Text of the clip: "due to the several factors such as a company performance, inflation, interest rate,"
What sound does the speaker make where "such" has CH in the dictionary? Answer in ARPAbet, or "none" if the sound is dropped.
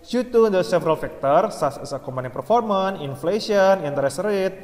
S